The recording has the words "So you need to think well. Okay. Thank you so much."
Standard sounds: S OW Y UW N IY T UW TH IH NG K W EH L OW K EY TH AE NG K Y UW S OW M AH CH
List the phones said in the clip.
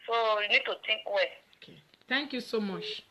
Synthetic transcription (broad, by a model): S OW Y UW N IY T UW T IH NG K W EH OW K EY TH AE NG K Y UW S OW M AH CH